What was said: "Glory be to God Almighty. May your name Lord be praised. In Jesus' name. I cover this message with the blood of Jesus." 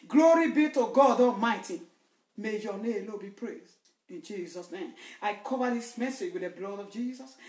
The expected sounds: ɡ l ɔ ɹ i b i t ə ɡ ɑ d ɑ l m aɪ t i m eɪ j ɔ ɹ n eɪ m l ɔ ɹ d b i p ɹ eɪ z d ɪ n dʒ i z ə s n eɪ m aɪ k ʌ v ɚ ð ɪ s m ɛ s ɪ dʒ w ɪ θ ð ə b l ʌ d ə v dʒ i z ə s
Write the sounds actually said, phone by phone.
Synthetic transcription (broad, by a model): ɡ l ɔ ɹ i b i t ə ɡ ɑ d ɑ m aɪ t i m eɪ j ɔ n eɪ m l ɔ b i p ɹ eɪ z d ɪ n dʒ i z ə s n eɪ m aɪ k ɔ v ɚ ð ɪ s m ɛ s ɪ dʒ w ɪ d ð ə b l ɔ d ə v dʒ i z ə s